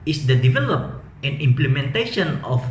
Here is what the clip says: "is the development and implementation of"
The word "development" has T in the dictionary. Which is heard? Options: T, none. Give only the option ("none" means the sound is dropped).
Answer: none